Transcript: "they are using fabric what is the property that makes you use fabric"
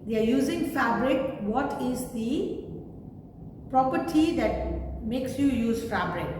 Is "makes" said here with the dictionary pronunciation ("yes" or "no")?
yes